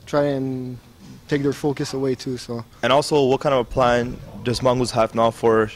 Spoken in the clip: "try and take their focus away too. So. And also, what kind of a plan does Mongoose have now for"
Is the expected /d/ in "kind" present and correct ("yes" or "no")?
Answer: no